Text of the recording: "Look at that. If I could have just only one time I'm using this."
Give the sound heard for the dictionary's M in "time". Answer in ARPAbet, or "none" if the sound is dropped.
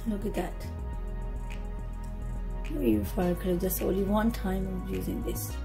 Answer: none